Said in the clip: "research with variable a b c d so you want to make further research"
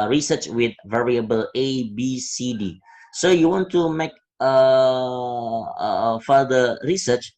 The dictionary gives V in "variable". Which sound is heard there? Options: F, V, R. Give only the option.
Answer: V